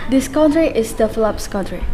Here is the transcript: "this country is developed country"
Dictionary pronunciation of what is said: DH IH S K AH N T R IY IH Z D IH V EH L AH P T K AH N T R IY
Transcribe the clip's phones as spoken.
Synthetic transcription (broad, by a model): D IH S K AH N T R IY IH S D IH F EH L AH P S K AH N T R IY